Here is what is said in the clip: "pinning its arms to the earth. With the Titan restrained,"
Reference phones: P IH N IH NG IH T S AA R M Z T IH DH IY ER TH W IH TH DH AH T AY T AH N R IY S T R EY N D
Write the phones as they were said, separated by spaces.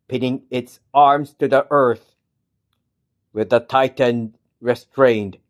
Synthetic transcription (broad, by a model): P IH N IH NG IH T S AA R M Z T IH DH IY ER TH W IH DH AH T AY T AH N R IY S T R EY N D